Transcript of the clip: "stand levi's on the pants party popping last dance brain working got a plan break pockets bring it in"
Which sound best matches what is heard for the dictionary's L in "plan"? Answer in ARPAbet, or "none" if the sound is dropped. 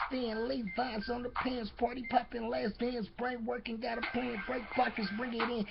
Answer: none